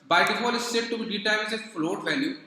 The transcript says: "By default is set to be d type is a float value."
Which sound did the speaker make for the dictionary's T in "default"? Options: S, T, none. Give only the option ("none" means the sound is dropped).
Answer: none